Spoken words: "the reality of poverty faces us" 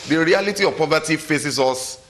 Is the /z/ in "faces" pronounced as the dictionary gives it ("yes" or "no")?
no